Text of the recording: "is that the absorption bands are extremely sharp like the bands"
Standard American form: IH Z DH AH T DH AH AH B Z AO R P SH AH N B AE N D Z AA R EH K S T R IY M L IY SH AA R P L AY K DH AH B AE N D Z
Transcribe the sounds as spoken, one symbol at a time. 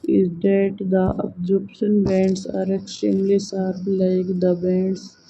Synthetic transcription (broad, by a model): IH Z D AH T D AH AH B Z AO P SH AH N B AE N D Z AA R EH K S T R IY M L IY S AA R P L AY K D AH B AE N D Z